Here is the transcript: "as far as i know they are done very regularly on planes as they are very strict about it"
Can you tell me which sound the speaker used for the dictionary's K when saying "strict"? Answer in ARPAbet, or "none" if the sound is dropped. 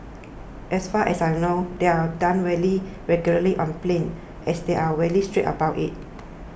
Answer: none